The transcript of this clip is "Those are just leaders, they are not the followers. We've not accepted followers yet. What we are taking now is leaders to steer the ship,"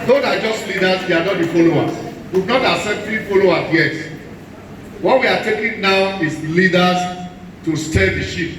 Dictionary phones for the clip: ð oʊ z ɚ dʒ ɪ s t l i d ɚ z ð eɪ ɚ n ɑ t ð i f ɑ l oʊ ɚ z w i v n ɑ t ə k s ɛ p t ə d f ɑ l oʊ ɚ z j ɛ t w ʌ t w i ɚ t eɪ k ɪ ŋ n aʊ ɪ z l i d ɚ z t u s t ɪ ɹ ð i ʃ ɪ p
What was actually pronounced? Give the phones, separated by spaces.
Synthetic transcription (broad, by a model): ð oʊ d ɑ dʒ ɪ s t l i d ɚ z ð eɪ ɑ n ɑ t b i f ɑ l oʊ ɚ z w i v n ɑ t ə s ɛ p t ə f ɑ l oʊ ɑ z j ɛ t w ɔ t w i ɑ t eɪ k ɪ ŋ n aʊ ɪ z l i d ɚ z t u s t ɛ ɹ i ʃ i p